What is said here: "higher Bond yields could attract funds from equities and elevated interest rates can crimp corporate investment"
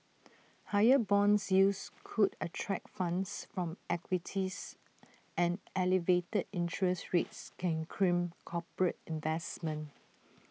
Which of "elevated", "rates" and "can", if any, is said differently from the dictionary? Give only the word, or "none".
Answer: none